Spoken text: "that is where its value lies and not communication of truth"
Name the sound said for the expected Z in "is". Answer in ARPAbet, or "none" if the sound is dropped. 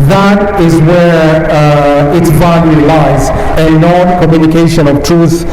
Z